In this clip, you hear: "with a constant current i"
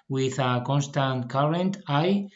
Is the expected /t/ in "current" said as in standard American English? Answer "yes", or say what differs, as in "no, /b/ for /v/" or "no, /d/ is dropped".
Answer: yes